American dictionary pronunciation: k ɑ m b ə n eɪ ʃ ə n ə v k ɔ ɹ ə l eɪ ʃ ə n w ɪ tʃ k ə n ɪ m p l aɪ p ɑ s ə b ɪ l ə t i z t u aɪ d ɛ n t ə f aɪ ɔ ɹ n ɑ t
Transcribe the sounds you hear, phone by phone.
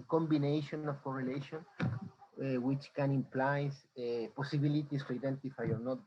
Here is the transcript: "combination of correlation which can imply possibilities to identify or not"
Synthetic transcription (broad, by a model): k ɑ m b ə n eɪ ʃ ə n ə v k ɔ ɹ ə l eɪ ʃ ə n w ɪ tʃ k ə n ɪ m p l aɪ p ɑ s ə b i l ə t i s t u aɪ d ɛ n t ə f aɪ ɔ ɹ n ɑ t